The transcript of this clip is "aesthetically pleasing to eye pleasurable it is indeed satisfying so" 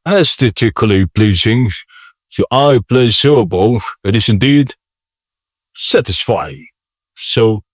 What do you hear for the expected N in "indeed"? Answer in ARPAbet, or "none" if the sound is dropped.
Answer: N